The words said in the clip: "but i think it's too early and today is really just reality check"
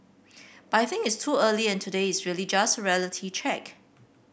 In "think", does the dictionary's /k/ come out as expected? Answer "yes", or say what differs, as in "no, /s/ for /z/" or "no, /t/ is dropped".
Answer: no, /k/ is dropped